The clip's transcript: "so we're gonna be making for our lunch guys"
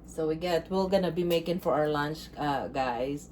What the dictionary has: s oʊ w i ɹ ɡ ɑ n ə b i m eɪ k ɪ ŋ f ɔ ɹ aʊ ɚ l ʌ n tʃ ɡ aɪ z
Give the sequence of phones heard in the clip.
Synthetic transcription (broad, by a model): s oʊ w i l ɡ ɑ n ə b i m eɪ k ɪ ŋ f ɔ ɹ aʊ ɚ l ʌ n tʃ ɡ aɪ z